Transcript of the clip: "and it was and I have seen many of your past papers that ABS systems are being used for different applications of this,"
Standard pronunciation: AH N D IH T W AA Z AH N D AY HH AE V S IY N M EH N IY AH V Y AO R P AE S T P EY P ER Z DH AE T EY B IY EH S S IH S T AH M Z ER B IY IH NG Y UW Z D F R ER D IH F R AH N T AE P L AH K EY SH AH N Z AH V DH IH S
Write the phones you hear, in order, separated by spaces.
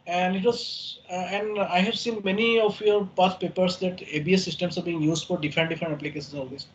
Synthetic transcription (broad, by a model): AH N D IH T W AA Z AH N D AY HH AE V S IY N M EH N IY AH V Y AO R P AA T P EY P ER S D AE T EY B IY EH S S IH S T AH M S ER B IY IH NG Y UW Z D F R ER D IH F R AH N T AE P L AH K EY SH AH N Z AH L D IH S